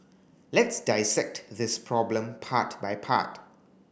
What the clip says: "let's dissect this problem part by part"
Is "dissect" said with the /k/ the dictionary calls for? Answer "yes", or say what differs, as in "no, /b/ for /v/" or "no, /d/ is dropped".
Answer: yes